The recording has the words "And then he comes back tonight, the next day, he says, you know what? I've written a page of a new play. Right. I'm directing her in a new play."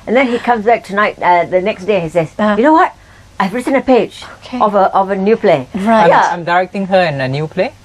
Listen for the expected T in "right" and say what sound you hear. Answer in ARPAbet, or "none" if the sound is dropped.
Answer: none